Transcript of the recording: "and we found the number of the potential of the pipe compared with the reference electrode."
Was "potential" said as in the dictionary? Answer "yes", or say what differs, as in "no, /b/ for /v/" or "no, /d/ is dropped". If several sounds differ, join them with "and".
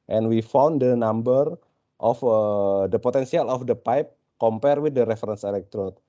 no, /s/ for /ʃ/